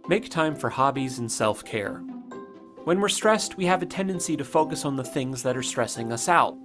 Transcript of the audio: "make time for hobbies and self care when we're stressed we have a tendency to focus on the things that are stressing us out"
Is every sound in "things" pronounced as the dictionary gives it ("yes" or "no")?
yes